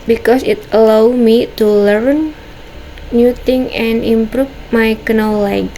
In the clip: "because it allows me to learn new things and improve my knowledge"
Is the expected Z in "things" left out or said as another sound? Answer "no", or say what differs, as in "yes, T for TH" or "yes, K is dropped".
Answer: yes, Z is dropped